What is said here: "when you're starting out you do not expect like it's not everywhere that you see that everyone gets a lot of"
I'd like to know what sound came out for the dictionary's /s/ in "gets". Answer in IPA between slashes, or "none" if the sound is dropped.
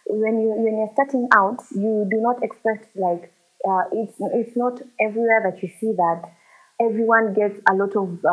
/s/